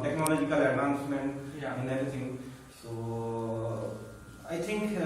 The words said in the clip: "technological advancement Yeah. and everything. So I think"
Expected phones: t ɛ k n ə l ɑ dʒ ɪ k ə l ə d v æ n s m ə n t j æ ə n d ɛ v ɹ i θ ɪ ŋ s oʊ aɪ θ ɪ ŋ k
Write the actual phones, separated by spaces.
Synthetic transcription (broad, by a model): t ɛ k n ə l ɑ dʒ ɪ k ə l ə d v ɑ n s m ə n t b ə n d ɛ ɹ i t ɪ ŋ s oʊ aɪ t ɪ ŋ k